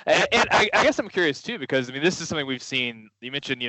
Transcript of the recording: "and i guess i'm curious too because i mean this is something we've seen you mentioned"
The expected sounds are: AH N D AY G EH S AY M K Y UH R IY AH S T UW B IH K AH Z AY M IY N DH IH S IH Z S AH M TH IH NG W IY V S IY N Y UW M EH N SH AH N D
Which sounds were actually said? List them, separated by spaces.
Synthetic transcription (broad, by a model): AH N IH AY G EH S AY M K Y UH R IY AH S T UW B IH K AH Z AY M IY N DH IH S IH Z S AH M TH IH NG W IY V S IY N Y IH M EH N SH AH N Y